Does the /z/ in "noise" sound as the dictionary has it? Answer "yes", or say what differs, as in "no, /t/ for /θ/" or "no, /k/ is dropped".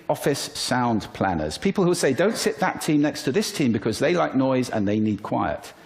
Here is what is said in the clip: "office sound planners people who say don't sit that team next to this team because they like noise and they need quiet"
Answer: yes